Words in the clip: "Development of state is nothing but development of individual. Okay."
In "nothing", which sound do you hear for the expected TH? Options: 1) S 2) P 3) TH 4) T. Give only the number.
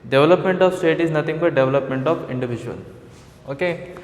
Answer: 4